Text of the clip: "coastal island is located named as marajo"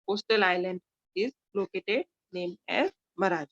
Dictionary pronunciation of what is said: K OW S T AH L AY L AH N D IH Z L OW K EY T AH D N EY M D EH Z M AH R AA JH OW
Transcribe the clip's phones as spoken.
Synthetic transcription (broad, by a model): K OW S T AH L AY L AH N D IH Z L OW K EY T AH D N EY M EH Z M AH R AA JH